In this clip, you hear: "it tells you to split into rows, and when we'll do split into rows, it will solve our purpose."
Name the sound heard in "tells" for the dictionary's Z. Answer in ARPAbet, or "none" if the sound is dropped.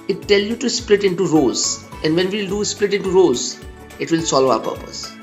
none